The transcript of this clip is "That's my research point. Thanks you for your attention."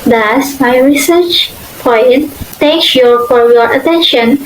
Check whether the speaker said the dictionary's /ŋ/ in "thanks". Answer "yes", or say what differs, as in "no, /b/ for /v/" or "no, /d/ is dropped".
no, /ŋ/ is dropped